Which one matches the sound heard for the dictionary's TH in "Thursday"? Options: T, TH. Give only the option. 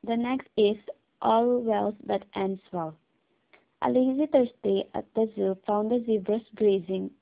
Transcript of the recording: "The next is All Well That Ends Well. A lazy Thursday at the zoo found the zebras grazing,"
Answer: T